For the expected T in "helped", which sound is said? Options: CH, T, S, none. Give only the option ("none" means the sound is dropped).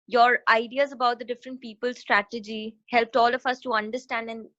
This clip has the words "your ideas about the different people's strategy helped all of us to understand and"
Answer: T